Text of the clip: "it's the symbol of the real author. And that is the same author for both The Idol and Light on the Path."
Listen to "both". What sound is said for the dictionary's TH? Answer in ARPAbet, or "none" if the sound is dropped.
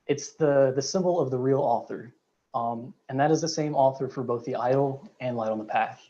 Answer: TH